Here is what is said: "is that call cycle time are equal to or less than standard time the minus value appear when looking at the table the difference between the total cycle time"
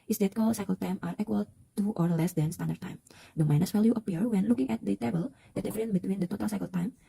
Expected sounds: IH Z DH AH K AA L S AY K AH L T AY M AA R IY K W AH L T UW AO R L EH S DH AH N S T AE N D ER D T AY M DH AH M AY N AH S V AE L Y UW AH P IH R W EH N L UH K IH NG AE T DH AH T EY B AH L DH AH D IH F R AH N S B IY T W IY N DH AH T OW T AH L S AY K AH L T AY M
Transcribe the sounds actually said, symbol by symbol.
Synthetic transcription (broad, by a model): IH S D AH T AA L S AY K AH L T AY M AA R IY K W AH L T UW AO R L EH S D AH N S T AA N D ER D T AY M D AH M AY N AH S F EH L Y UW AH P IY R W EH N L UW K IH NG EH T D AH T EY B AH L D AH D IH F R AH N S B IY T W IY N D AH T OW T AH L S AY K AH L T AY M